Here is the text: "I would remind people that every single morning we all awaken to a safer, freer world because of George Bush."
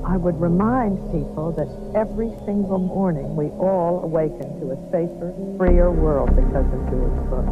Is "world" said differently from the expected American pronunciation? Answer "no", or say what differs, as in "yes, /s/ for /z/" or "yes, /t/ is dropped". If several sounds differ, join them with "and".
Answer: no